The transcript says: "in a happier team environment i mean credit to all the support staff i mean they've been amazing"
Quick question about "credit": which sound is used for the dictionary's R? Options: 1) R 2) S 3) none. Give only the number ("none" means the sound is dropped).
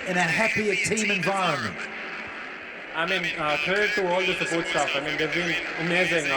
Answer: 3